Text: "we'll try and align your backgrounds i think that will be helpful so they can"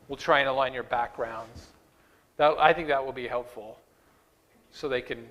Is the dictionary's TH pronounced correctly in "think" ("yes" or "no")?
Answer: yes